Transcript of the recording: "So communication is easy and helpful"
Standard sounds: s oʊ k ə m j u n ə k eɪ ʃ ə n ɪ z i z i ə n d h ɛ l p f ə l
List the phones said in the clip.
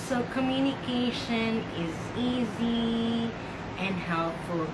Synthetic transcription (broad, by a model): s oʊ k ə m j u n ə k eɪ ʃ ə n ɪ z i z i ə n h ɛ l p f l